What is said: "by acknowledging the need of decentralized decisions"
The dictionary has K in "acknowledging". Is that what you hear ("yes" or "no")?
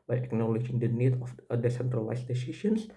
yes